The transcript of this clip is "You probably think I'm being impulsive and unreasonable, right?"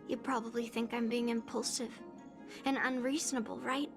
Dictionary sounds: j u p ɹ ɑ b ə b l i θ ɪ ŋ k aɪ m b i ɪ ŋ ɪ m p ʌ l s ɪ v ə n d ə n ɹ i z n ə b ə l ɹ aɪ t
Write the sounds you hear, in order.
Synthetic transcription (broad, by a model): j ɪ p ɹ ɑ b ə b l i θ ɪ ŋ k aɪ m b i ɪ ŋ ɪ m p ʌ l s ɪ v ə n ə n ɹ i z n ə b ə l ɹ aɪ t